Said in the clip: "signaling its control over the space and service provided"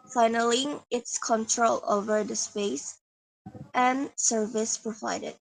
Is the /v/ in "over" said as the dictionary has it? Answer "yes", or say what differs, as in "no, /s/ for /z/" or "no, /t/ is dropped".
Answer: yes